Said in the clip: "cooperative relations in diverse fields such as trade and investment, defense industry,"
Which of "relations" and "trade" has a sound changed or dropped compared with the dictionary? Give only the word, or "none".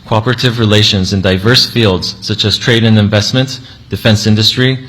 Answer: none